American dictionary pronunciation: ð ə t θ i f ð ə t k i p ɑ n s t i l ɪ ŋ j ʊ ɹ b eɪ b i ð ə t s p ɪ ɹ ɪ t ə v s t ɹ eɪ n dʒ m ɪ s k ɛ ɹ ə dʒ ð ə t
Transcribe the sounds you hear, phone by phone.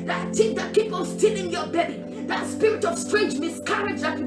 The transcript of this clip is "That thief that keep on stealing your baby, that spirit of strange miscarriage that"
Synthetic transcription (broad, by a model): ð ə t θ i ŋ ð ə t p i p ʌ l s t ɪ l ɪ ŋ j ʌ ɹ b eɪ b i ð ə t s p ɪ ɹ ɪ t ə v s t ɹ eɪ n dʒ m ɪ s k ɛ ɹ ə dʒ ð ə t